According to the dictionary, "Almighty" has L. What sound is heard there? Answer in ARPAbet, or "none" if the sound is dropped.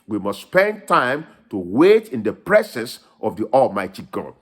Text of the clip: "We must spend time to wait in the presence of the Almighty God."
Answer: L